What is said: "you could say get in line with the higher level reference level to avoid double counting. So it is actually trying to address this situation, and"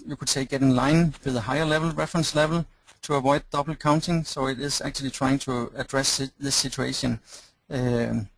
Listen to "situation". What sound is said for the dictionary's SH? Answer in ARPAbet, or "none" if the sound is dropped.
none